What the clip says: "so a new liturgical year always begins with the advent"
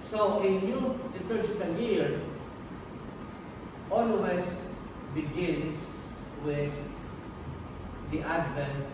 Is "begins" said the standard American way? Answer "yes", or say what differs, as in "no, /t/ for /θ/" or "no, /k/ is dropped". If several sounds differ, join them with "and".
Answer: no, /s/ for /z/